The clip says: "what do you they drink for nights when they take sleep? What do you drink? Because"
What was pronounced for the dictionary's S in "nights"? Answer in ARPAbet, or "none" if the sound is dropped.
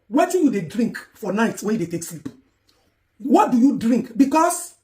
none